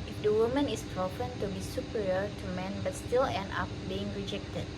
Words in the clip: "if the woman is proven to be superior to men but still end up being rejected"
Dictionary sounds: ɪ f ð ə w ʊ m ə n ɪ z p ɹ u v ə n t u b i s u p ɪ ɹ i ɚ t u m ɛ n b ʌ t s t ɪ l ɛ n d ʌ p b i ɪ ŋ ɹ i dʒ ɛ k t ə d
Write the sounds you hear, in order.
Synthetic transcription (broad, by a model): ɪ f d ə w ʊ m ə n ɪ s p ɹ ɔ f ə n t u b i s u p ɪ ɹ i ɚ t u m ɛ n b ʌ t s t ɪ l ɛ n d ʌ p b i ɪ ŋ ɹ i dʒ ɛ k t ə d